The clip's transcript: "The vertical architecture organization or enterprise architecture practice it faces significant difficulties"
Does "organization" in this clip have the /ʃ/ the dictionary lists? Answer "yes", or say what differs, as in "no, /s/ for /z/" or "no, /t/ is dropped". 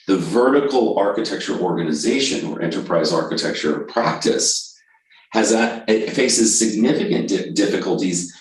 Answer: yes